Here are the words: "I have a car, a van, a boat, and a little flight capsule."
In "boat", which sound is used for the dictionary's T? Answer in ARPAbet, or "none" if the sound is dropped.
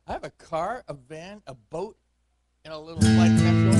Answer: T